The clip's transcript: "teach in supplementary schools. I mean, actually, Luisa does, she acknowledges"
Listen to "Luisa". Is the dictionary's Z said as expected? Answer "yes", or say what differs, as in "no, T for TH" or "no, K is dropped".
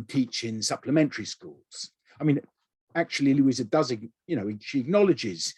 yes